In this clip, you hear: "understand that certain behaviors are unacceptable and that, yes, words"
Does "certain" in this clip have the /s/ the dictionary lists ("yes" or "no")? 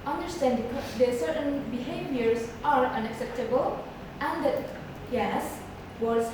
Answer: yes